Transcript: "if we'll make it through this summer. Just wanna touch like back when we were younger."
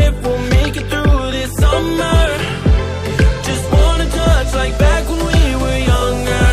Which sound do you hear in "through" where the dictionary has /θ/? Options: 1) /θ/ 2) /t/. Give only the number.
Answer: 1